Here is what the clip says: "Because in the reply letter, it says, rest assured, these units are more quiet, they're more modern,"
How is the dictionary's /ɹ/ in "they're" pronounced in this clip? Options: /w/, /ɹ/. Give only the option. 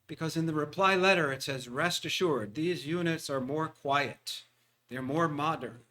/ɹ/